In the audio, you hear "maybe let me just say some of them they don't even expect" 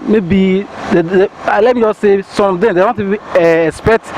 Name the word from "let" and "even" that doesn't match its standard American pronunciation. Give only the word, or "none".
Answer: even